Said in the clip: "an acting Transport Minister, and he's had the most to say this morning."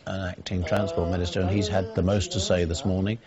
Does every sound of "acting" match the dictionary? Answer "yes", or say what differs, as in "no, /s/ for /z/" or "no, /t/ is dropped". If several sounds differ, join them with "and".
yes